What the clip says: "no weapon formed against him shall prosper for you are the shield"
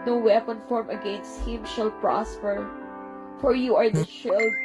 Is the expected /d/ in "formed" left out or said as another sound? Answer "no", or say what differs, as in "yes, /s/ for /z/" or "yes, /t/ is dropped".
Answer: yes, /d/ is dropped